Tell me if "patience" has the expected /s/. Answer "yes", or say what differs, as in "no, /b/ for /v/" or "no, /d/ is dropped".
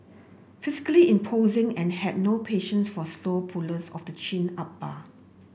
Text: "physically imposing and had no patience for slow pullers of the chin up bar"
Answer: yes